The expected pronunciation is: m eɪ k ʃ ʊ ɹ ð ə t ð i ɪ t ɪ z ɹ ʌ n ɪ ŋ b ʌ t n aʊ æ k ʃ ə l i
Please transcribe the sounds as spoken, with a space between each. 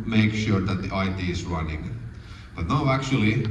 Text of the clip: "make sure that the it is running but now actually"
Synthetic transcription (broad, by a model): m eɪ k ʃ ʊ ɹ ð ə t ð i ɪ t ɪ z ɹ ʌ n ɪ ŋ b ʌ t n aʊ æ k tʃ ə l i